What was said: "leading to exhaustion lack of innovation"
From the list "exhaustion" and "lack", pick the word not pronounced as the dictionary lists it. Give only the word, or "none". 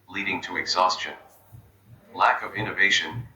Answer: none